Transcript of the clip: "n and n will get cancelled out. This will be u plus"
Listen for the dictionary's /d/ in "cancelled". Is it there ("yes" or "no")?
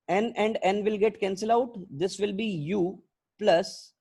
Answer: no